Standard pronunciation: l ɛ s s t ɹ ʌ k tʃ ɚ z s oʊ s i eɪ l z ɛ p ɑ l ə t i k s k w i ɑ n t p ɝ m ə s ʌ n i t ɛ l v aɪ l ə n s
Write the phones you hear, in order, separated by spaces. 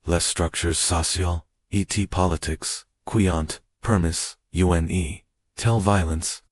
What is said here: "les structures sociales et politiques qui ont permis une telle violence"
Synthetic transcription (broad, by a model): l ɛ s s t ɹ ʌ k tʃ ɚ z s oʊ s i l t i p ɑ l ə t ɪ k s k w i ɑ n t p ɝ m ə s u n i t ɛ l v aɪ l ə n s